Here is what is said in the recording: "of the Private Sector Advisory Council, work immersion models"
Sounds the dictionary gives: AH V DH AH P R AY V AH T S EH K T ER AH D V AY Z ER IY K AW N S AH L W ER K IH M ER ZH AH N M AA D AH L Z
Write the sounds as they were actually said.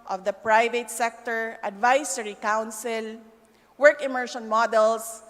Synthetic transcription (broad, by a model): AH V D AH P R AY V AH T S EH K T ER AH D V AY S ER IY K AW N S AH L W ER K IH M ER SH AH N M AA D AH L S